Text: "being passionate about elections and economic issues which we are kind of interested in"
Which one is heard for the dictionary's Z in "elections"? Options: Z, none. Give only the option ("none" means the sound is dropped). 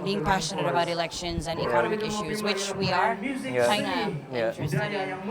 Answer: Z